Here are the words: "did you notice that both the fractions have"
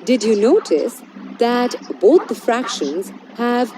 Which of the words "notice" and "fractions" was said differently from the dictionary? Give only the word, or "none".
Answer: none